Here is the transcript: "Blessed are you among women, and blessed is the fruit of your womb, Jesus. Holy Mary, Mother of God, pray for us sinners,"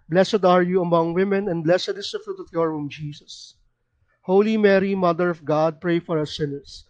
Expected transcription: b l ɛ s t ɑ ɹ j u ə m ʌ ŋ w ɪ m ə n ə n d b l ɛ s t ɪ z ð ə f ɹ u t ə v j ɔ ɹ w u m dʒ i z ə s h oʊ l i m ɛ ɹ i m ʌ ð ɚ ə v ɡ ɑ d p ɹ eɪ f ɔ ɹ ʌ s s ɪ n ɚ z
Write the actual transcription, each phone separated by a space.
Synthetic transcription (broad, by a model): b l ɛ s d ɑ ɹ j u ə m ʌ ŋ w ɪ m ə n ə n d b l ɛ s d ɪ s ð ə f ɹ u t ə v j ɔ ɹ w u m dʒ i s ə s h oʊ l i m ɛ ɹ i m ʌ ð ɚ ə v ɡ ɑ d p ɹ eɪ f ɔ ɹ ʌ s s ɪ n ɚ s